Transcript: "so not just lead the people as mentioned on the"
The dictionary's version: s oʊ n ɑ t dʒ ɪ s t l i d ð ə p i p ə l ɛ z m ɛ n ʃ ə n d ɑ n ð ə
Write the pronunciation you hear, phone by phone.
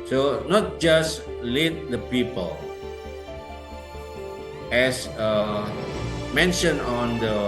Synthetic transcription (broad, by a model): s oʊ n ɑ t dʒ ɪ s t l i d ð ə p i p ə l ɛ s m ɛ n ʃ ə n ɑ n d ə